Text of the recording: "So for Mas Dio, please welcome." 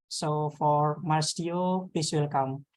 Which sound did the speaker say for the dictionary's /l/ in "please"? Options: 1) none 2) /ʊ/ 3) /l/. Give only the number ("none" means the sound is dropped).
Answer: 1